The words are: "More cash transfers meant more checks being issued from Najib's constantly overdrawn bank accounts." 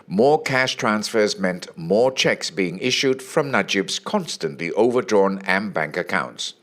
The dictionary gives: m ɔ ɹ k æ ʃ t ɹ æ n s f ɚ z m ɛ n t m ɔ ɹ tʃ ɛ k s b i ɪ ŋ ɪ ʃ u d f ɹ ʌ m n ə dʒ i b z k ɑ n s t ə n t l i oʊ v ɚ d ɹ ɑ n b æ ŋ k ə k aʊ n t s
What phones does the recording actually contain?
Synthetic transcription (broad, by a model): m ɔ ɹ k æ ʃ t ɹ æ n s f ɚ z m ɛ n t m ɔ ɹ tʃ ɛ k s b i ɪ ŋ ɪ ʃ u d f ɹ ʌ m n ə dʒ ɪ b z k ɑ n s t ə n t l i oʊ v ɚ d ɹ ɑ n b æ ŋ k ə k aʊ n t s